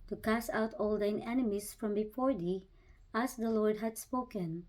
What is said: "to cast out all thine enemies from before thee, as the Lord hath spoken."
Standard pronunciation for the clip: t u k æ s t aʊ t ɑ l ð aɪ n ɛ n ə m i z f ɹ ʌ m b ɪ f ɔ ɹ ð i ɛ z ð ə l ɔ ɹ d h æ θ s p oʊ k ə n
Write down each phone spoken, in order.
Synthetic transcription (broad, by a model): t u k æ s aʊ t ɑ l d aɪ n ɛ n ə m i s f ɹ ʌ m b ɪ f ɔ ɹ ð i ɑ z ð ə l ɔ ɹ d h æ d s p oʊ k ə n